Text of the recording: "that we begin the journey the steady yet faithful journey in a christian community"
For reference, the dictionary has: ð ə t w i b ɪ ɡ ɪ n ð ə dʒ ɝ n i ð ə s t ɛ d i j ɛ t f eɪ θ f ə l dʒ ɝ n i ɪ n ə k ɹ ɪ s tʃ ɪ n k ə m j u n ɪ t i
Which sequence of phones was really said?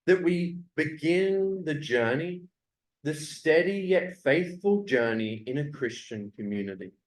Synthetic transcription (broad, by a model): ð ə t w i b ɪ ɡ ɪ n ð ə dʒ ɝ n i ð ə s t ɛ d i j ɛ t f eɪ θ f ə l dʒ ɝ n i ɪ n ə k ɹ ɪ s tʃ ɪ n k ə m j u n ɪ t i